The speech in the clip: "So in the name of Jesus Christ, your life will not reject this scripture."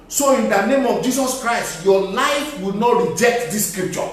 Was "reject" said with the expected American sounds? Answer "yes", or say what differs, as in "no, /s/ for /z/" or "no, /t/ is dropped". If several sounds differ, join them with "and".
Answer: yes